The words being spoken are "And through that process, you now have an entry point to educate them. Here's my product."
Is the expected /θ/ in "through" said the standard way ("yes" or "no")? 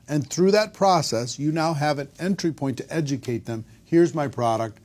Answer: yes